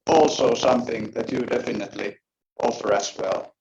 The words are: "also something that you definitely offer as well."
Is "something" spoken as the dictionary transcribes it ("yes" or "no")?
yes